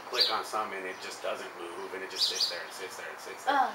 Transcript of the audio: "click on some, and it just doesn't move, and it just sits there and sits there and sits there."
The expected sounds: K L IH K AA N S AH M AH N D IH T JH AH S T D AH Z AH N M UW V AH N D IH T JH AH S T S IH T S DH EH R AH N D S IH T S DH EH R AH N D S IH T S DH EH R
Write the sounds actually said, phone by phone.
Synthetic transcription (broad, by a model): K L IH K N S AH M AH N IH T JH AH S D AH Z AH N M UW V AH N IH T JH AH S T S IH T S DH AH R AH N S IH T S DH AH R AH N S IH T S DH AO